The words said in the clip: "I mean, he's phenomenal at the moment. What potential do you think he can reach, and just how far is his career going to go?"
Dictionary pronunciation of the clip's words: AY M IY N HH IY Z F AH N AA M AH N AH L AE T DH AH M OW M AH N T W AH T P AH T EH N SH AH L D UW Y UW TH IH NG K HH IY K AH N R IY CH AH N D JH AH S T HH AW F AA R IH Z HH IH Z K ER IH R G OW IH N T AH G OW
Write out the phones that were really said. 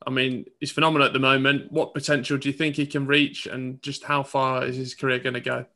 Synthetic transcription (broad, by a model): AY M IY N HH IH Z F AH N AA M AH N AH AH T DH AH M OW M AH N T W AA T P AH T EH N SH AH L D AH Y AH TH IH NG K HH IY K AH N R IY CH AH N JH AH S T HH AW F AA R IH Z IH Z K ER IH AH G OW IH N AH G OW